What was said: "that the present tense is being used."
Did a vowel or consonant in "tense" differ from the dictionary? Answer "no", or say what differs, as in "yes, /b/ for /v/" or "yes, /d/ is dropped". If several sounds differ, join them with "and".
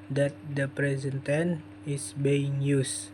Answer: yes, /s/ is dropped